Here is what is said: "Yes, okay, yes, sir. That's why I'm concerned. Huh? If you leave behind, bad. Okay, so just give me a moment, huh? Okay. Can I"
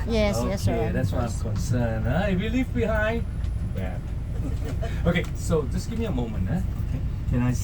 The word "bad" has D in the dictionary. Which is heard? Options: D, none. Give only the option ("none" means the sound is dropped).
none